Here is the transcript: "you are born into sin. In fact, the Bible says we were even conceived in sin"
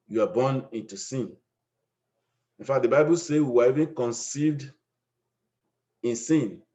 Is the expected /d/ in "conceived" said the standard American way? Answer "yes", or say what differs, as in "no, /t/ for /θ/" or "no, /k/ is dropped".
yes